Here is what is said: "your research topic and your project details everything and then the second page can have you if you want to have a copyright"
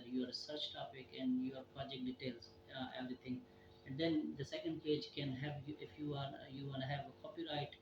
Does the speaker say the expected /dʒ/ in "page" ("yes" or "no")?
yes